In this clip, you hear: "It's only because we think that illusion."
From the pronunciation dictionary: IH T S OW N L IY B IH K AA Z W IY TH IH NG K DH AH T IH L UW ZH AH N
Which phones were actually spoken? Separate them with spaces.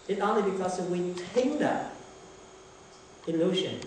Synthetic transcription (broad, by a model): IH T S OW N L IY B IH K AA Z W IY T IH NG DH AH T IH L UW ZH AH N